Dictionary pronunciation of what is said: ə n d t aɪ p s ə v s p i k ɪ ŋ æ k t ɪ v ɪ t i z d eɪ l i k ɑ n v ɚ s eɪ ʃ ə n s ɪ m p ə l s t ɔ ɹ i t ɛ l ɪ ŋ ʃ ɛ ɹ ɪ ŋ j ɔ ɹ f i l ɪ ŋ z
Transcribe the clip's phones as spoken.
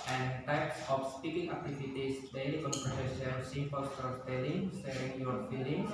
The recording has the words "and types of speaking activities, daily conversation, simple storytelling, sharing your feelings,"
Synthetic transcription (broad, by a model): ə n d t aɪ p s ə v s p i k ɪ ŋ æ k t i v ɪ t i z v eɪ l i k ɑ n p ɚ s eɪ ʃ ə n s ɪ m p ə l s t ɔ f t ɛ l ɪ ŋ s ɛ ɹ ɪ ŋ j ɔ ɹ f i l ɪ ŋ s